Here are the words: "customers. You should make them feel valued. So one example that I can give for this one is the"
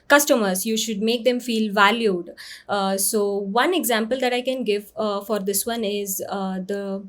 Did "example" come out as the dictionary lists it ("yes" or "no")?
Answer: yes